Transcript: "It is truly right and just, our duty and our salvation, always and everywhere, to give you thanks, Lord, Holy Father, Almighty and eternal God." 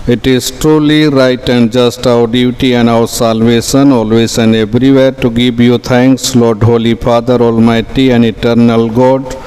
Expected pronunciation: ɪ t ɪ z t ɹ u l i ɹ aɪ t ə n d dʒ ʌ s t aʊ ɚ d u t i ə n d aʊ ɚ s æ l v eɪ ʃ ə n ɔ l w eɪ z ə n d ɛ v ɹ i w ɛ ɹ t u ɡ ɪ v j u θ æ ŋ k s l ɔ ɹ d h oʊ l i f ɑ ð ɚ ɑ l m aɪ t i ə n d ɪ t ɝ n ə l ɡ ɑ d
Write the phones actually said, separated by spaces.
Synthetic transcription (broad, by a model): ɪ t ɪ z t ɹ u l i ɹ aɪ t ə n d dʒ ʌ s t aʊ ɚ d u t i ə n d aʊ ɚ s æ l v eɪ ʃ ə n ɔ l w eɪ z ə n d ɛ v ɹ i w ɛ ɹ t u ɡ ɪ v j u t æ ŋ k s l ɔ ɹ d h oʊ l i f ɑ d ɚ ɑ l m aɪ t i ə n d ɪ t ɝ n ə l ɡ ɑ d